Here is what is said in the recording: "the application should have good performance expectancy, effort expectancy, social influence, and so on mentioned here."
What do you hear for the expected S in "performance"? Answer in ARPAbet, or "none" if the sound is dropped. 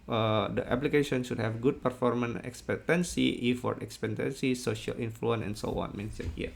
none